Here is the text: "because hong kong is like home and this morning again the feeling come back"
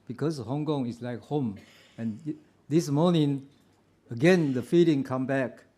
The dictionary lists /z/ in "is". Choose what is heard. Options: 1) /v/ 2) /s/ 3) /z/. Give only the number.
2